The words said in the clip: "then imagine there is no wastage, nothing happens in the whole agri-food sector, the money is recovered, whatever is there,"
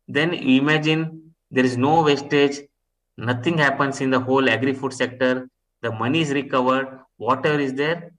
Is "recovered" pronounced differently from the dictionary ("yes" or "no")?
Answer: no